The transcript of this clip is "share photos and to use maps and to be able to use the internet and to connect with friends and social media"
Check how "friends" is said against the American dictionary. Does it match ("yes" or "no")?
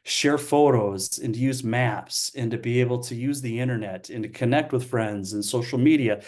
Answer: yes